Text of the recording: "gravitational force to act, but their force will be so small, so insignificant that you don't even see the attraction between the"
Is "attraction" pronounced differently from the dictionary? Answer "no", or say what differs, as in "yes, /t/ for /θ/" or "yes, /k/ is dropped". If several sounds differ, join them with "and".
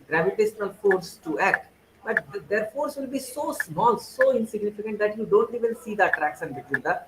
yes, /s/ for /ʃ/